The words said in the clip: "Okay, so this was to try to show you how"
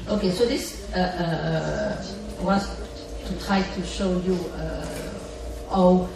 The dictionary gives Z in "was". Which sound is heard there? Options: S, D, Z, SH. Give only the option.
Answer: S